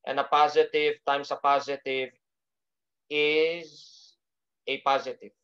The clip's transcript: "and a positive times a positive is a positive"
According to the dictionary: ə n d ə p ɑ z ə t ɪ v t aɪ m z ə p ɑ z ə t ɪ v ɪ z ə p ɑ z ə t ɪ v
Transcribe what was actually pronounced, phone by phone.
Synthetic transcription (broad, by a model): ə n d ə p ɑ z ə t ɪ v t aɪ m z ə p ɑ z ə t ɪ v ɪ z ə p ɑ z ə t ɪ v